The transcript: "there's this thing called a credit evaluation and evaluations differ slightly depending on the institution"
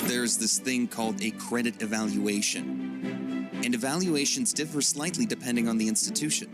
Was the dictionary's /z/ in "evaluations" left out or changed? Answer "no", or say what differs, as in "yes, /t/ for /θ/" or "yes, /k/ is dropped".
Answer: no